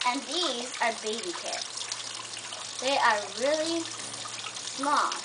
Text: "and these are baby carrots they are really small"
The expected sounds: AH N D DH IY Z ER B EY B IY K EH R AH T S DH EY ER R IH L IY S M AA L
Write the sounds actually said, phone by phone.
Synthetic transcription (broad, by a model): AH N DH IY Z ER B EY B IY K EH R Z DH EY ER R IH L IY S M AA L